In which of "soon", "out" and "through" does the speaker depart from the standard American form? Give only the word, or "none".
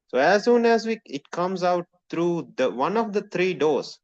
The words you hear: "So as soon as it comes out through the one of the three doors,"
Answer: through